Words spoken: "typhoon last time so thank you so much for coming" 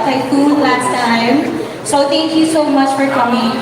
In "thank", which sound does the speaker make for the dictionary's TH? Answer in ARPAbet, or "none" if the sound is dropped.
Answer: T